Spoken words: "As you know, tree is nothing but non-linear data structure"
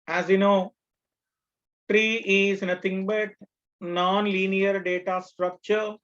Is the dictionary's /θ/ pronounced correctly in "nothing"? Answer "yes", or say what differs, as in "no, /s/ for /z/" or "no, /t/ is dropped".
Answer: no, /t/ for /θ/